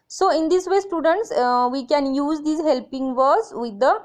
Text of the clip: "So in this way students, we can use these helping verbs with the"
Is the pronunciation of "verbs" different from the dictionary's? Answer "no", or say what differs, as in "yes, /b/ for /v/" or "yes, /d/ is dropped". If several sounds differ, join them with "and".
yes, /b/ is dropped